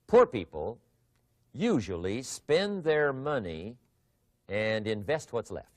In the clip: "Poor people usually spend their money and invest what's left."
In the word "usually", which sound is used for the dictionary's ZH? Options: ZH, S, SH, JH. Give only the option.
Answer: ZH